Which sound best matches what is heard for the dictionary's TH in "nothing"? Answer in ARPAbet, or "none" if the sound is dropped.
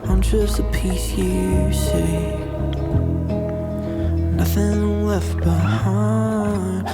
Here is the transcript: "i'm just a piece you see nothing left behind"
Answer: TH